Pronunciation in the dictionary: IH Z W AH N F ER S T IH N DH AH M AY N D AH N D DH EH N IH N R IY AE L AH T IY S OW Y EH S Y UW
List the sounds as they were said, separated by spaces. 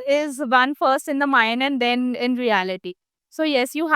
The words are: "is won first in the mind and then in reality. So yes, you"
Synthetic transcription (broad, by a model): IH Z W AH N F ER S T IH N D AH M AY N D AH N D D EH N IH N R IY AE L AH T IY S OW Y EH S Y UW